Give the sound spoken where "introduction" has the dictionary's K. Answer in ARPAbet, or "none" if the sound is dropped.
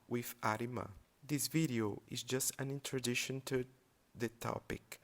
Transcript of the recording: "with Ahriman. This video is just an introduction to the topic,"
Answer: none